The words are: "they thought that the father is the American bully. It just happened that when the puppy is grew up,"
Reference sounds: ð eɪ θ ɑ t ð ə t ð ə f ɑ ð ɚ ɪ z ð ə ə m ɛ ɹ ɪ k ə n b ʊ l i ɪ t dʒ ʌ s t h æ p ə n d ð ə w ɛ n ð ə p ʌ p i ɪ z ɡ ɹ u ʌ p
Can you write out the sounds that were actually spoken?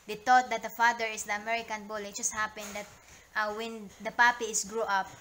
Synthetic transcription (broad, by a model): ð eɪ t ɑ t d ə t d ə f ɑ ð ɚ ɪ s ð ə ə m ɛ ɹ ɪ k ə n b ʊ l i ɪ t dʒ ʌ s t h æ p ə n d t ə w ɛ n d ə p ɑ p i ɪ s ɡ ɹ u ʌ p